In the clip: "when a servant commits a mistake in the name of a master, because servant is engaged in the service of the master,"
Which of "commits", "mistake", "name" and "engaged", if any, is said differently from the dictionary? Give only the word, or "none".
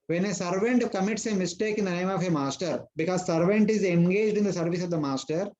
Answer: none